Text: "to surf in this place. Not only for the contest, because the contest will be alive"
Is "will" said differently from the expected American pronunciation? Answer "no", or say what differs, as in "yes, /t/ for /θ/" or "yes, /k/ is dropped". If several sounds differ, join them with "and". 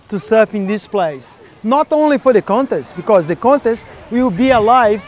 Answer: yes, /w/ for /l/